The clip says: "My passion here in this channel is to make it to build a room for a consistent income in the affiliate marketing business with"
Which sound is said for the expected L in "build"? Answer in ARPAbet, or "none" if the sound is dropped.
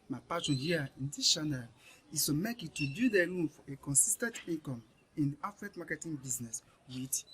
none